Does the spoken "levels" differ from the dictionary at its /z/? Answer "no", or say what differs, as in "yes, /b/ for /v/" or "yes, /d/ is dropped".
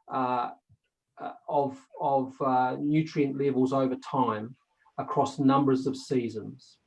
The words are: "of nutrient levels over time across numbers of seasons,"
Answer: no